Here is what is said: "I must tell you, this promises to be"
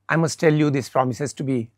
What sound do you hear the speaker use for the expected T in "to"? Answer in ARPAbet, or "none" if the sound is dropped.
T